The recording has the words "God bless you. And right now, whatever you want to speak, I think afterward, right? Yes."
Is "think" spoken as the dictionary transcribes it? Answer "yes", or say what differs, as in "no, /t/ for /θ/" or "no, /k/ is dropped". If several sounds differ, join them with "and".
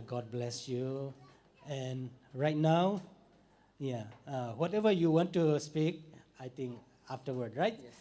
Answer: no, /t/ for /θ/